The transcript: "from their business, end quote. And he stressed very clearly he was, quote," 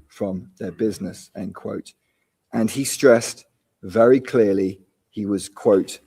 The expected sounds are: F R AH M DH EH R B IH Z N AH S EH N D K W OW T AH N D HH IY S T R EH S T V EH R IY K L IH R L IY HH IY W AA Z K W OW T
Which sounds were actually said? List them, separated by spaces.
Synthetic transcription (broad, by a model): F R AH M DH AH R B IH Z N AH S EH N K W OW T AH N IY S T R EH S T V EH R IY K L IH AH L IY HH IY W AA Z K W OW T